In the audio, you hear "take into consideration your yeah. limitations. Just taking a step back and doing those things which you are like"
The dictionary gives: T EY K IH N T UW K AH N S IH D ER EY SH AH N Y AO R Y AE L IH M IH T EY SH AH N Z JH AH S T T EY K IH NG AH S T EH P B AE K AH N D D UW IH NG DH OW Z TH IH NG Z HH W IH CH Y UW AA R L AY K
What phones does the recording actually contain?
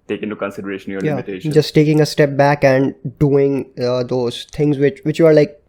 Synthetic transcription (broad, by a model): T EY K IH N T UW K AH N S IH D ER EY SH AH N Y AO L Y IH IH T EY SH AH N JH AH S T T EY K IH NG AH S T EH P B AE K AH N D D UW IH NG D OW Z T IH NG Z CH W IH CH Y UW AA R L AY K